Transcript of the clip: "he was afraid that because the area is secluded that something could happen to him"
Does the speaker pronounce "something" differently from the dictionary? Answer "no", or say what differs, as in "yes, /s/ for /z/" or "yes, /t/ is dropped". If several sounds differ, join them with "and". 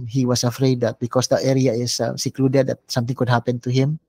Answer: yes, /t/ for /θ/